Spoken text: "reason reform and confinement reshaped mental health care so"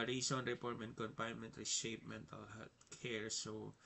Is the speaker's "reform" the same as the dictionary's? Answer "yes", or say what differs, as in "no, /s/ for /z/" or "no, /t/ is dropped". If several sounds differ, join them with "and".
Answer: no, /p/ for /f/